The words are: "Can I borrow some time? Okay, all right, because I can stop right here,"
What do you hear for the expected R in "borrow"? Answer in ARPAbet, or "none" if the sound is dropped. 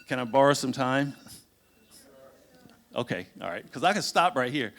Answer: R